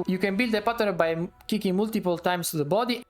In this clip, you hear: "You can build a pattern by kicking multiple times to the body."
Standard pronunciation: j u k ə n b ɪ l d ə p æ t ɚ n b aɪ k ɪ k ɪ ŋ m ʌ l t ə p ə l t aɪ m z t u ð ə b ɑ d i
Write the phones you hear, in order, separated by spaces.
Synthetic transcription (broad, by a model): j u k ə n b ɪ l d ə p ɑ t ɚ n b aɪ k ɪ k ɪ ŋ m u l t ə p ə l t aɪ m s t u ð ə b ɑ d i